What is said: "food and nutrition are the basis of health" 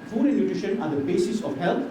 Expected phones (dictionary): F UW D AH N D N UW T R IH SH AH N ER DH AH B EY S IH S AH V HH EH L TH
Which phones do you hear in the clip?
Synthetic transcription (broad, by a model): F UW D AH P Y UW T IH SH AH N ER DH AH B EY S IH S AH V HH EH L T